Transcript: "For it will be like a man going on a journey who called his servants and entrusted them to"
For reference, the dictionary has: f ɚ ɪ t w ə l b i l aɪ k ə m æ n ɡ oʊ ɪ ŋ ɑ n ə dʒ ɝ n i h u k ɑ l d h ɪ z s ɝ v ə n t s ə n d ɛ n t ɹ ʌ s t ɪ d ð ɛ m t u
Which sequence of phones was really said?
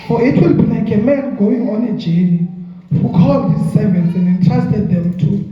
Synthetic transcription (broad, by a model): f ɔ ɪ t w ə l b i n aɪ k ə m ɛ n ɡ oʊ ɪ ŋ ɑ n ə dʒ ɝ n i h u k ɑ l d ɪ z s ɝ v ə n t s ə n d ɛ n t ɹ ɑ s t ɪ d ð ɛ m t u